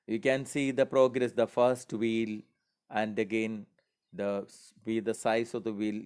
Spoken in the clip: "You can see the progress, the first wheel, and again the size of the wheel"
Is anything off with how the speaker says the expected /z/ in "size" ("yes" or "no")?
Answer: yes